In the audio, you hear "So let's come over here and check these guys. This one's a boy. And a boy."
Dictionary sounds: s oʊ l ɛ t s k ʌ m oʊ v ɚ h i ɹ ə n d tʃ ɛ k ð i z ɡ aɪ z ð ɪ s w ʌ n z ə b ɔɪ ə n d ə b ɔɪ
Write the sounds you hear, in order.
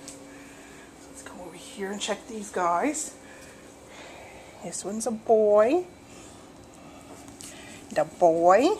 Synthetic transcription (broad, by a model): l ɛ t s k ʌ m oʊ ɚ h i ɹ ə n tʃ ɛ k ð i z ɡ aɪ z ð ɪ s w ʌ n z ə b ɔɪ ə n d ə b ɔɪ